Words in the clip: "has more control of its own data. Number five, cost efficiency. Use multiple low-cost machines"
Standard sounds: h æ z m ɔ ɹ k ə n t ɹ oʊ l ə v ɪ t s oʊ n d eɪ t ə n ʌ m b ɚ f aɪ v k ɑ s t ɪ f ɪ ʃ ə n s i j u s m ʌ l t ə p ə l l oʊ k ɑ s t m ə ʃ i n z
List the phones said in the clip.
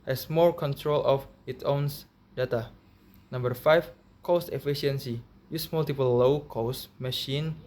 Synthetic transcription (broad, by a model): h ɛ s m ɔ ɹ k ə n t ɹ oʊ l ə f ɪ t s oʊ n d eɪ t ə n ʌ m b ɚ f aɪ f k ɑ s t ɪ f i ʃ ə n s i j u s m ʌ l t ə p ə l l oʊ k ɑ s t m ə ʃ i n